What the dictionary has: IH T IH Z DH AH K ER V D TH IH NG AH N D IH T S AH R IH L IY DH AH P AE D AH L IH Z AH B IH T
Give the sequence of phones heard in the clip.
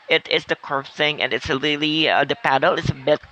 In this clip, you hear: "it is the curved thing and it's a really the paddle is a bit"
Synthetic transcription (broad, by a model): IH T IH S DH AH K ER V TH IH NG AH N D IH T S AH L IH L IY DH AH P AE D L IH S AH B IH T